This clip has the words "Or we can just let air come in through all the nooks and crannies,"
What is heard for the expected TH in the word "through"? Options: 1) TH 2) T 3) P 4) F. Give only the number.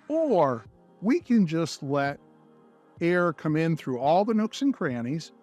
1